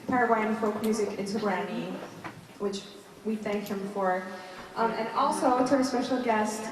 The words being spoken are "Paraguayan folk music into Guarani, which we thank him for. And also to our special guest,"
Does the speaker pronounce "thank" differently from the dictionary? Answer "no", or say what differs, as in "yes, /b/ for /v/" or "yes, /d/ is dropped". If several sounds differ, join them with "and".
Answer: no